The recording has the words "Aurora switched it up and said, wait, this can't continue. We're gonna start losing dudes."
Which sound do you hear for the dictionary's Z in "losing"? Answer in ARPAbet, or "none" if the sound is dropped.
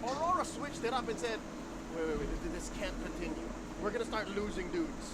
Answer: Z